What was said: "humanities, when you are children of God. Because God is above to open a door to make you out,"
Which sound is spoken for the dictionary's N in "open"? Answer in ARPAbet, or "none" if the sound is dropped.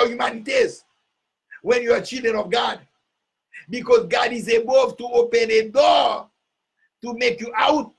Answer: N